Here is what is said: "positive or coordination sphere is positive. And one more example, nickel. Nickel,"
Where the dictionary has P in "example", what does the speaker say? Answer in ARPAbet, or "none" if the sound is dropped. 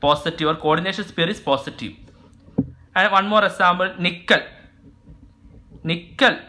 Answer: B